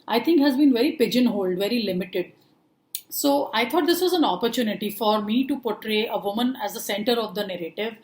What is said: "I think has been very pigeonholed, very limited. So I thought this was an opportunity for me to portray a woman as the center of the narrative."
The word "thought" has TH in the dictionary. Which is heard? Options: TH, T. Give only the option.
T